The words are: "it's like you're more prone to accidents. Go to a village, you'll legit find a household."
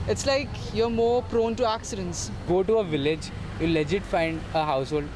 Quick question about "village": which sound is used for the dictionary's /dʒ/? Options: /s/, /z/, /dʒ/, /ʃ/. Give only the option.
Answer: /dʒ/